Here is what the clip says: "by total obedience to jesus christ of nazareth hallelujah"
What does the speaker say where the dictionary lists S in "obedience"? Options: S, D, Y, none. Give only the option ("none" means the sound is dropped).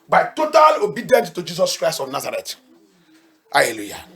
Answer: none